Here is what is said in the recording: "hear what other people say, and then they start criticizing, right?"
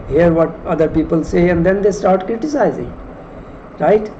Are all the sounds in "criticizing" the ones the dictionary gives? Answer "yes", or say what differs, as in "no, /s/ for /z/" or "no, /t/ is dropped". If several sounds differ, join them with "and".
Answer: yes